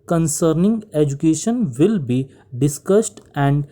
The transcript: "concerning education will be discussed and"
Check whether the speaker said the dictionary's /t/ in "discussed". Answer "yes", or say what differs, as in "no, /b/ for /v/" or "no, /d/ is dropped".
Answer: yes